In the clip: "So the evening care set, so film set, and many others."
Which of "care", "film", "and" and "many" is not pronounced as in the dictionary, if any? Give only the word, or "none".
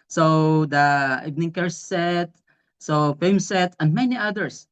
film